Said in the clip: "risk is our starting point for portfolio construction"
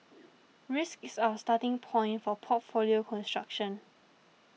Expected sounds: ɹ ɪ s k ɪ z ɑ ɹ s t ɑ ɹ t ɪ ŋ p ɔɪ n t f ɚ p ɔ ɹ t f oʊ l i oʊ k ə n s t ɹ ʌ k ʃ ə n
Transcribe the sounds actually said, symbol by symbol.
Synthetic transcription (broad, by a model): ɹ ɪ s k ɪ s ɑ s t ɑ t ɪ ŋ p ɔɪ n t f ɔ p ɔ t f oʊ l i oʊ k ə n s t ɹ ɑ k ʃ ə n